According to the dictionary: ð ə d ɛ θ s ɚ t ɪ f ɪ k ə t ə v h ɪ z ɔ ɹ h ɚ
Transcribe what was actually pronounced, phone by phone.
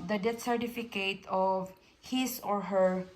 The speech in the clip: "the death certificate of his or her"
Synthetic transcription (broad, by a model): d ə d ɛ t s ɚ t ɪ f ɪ k ə t ə v h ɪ s ɔ ɹ h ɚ